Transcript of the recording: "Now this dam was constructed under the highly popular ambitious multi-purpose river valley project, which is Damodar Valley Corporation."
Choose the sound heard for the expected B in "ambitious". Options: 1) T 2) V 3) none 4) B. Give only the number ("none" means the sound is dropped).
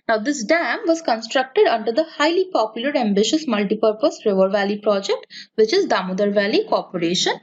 4